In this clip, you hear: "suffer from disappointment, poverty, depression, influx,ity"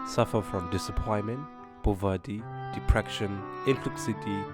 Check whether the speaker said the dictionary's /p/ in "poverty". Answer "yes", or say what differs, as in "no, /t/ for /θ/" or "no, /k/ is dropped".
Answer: no, /b/ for /p/